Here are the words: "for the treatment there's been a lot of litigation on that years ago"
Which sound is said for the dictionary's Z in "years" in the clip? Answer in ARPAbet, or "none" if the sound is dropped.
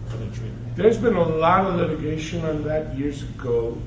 Z